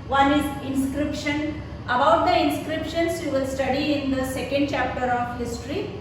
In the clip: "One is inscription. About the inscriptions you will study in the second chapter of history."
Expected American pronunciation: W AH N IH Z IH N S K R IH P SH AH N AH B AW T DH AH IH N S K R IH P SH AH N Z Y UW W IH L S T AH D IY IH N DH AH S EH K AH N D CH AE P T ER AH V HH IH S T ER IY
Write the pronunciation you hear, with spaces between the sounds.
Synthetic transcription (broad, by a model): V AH N IH Z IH N S K R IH P SH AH N AH B AW T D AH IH N S K R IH P SH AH N S Y UW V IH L S T AH D IY IH N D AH S EH K AH N D CH AE P T ER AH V HH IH S T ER IY